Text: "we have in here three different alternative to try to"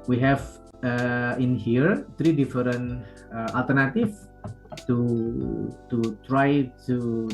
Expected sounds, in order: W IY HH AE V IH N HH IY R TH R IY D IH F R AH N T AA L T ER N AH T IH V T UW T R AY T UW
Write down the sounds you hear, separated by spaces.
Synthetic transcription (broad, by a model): W IY HH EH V IH N HH IY R T R IY D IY F R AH N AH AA L T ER N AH T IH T T UW T R AY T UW